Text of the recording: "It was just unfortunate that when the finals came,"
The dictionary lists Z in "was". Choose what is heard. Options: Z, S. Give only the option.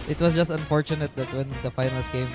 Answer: S